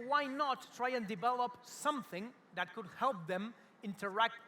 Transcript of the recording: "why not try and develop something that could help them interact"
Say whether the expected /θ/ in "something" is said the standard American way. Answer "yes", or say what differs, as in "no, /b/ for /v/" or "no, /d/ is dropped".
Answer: yes